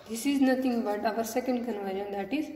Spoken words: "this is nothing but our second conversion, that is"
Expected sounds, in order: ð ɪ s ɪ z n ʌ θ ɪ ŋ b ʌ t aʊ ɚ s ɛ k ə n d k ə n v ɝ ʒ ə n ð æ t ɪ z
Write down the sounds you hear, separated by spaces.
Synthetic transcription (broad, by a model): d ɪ s ɪ z n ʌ t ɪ ŋ b ʌ t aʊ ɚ s ɛ k ə n d k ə n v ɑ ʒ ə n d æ t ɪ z